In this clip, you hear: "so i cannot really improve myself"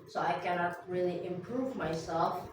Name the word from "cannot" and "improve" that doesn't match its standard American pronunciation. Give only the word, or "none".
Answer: none